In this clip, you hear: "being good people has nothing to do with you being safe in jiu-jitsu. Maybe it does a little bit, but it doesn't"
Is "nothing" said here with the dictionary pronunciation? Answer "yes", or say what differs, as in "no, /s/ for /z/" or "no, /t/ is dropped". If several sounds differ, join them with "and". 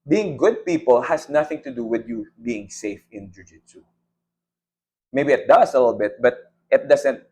yes